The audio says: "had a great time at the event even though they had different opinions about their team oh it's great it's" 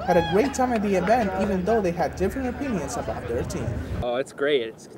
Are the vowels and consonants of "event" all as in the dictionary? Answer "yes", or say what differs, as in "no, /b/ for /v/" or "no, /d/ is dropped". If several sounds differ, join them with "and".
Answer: yes